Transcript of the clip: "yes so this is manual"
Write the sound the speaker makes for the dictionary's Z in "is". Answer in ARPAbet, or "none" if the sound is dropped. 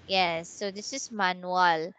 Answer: S